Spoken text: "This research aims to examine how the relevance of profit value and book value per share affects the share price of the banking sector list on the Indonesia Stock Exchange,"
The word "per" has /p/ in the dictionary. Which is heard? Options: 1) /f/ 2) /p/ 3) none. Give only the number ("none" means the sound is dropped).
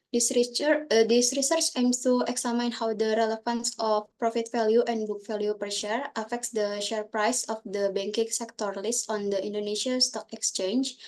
2